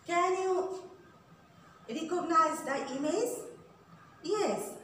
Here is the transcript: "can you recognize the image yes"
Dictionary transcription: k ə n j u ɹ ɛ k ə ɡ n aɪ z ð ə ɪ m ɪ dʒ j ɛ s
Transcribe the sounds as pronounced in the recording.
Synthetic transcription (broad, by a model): k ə n j u ɹ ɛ k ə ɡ n aɪ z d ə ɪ m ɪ z j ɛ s